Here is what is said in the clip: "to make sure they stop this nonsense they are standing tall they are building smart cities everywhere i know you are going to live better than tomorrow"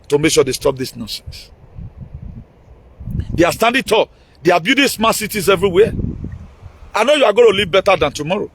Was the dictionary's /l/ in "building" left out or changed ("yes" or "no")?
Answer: yes